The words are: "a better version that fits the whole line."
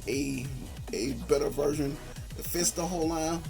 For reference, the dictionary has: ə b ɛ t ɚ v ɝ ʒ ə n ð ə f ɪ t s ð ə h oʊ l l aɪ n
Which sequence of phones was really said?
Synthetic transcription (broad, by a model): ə b ɛ t ɚ v ɝ ʒ ə n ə f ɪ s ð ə h oʊ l l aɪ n